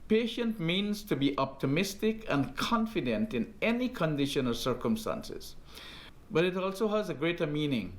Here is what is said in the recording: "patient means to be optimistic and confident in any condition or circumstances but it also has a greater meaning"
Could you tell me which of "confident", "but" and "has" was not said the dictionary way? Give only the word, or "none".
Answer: none